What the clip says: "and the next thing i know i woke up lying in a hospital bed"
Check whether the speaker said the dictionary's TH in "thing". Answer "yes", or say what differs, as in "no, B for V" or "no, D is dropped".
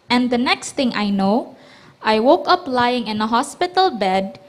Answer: no, T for TH